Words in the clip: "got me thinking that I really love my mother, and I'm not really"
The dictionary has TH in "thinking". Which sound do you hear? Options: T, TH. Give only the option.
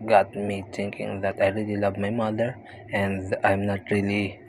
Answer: T